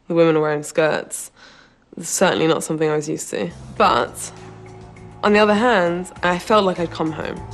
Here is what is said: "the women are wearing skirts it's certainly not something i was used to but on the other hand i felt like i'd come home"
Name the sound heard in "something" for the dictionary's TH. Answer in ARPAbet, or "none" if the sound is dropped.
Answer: TH